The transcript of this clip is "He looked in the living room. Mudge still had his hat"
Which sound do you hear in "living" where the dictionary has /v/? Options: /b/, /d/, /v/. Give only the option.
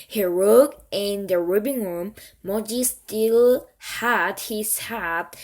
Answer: /b/